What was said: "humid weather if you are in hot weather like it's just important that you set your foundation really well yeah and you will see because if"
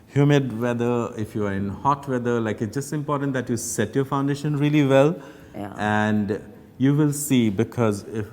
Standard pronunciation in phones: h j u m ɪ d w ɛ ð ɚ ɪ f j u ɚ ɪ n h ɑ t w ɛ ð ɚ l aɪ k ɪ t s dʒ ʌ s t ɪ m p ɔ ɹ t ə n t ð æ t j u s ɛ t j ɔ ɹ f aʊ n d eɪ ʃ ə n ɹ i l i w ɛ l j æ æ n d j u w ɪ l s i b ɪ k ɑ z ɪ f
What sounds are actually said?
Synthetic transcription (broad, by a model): h j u m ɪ d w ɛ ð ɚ ɪ f j u ɚ ɪ n h ɑ t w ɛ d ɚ l aɪ k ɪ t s dʒ ʌ s t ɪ m p ɔ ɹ t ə n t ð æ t j u s ɛ t j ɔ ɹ f aʊ n d eɪ ʃ ə n ɹ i l i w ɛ l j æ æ n d j u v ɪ l s i b ɪ k ɑ z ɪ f